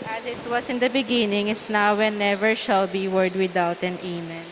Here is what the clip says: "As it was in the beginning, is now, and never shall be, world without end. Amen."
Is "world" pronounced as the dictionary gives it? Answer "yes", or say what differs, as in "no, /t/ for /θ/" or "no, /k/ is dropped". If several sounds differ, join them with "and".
no, /l/ is dropped